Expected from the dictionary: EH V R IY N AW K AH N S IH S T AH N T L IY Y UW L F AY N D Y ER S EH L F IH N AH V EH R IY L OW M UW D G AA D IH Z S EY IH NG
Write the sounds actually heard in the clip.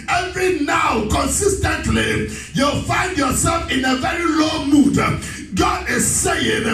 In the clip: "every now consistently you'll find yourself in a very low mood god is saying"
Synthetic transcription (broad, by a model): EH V R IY N AW K AH N S IH S T AH N T L IY Y UW L F AY N D Y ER S EH L F IH N AH V EH R IY L OW M UW D G AA D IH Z S EY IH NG